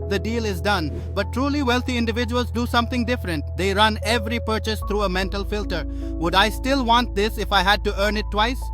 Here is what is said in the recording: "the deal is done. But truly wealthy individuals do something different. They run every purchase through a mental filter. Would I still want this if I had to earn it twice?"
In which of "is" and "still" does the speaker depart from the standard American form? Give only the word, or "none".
none